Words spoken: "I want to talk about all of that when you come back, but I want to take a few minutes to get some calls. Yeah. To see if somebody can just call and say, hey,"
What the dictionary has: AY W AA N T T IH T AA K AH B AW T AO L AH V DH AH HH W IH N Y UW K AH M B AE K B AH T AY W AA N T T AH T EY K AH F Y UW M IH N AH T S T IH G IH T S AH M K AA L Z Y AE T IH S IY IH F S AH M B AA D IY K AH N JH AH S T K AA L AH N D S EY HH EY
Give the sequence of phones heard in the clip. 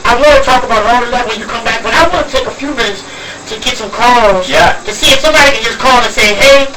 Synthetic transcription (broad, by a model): AY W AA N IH T AA K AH B AW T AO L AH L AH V W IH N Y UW K AH M B AE K B AH T AY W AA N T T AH T EY K AH F Y UW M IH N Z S T IH G IH T S AH M K AA L Z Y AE T IH S IY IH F S AH M B AA D IY K AH N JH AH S K AA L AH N S EY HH EY